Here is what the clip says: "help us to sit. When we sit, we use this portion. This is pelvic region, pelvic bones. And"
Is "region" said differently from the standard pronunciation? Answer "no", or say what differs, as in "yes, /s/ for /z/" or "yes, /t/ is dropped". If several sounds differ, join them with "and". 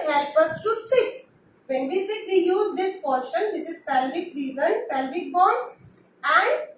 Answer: yes, /z/ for /dʒ/